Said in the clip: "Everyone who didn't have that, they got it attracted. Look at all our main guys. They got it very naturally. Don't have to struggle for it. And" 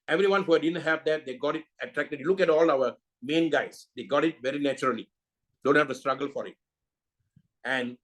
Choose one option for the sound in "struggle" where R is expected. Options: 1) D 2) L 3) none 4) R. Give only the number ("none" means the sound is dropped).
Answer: 4